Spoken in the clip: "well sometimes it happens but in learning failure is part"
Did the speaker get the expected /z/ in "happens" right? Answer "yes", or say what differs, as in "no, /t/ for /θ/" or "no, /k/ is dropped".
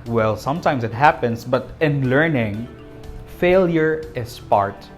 no, /s/ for /z/